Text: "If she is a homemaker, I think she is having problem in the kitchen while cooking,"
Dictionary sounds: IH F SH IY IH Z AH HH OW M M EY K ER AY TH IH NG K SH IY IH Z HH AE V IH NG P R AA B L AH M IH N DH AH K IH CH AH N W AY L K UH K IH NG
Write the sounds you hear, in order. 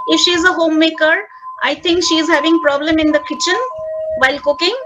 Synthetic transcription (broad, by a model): IH F SH IY IH Z AH HH OW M M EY K ER AY T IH NG K SH IY IH Z HH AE V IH NG P R AA B L AH M IH N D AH K IH CH AH N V AY L K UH K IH NG